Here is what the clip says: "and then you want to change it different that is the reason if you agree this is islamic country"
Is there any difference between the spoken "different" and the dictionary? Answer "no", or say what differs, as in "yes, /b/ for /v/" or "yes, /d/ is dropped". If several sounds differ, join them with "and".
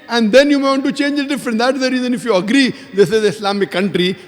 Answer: yes, /ɹ/ is dropped